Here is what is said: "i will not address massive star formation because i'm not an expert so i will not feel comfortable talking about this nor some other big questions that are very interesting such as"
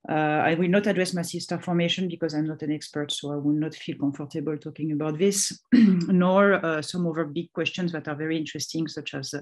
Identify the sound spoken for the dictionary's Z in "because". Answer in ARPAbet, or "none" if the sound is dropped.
Z